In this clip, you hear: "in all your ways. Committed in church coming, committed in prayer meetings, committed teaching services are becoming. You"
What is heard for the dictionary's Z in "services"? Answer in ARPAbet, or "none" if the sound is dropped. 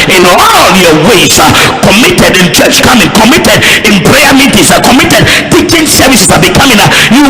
S